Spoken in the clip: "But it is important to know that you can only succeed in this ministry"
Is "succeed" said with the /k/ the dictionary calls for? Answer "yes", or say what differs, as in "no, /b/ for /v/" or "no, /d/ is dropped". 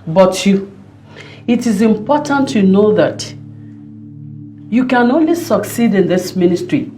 yes